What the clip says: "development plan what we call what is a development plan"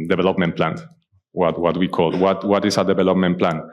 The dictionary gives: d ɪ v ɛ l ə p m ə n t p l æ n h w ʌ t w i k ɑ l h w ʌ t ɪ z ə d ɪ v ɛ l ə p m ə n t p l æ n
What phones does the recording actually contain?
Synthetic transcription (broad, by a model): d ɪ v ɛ l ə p m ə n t p l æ n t w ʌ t w i k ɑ l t w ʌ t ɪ s ə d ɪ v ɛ l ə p m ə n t p l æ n